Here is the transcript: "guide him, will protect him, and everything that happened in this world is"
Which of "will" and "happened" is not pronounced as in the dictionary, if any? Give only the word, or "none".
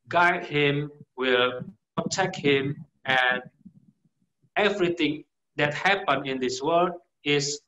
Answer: happened